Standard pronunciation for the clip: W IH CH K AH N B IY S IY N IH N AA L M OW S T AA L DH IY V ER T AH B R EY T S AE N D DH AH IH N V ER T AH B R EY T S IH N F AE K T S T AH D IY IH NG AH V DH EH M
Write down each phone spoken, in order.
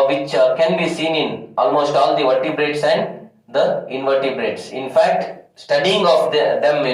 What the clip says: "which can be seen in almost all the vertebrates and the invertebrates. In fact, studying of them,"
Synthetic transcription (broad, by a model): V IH CH K AH N B IY S IY N IH N AA L M OW S T AA L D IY V ER T AH B R EY T S AE N D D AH IH N V ER T AH B R EY T S IH N F AE K T S T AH D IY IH NG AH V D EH M